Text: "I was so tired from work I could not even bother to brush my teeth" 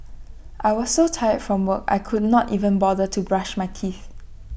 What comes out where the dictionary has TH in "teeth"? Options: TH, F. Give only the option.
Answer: TH